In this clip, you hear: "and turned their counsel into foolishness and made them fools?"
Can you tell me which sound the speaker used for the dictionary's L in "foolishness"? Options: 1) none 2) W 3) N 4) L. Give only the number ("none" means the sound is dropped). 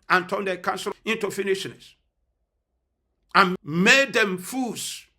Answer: 3